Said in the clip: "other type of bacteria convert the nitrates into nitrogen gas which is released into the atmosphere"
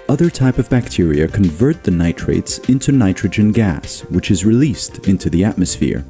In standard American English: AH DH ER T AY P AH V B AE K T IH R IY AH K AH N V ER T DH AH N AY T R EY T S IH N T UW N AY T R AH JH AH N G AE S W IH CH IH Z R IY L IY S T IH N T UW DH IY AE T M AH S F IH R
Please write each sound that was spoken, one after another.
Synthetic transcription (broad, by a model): AH DH ER T AY P AH V B AE K T IH R IY AH K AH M V ER T DH AH N AY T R EY T S IH N T UW N AY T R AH JH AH N G AE S W IH CH IH Z R IY L IY S T IH N T UW DH IY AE T M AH S F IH R